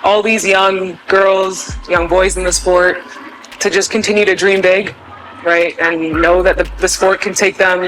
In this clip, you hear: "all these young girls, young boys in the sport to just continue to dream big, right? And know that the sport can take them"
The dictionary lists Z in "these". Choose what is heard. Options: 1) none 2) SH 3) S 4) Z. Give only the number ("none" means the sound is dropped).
4